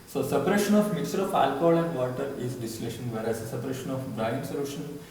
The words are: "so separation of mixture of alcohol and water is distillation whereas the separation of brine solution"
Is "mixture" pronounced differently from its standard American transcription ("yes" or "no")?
yes